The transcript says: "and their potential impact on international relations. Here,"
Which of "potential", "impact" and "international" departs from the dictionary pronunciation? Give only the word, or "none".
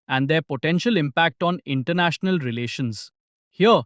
none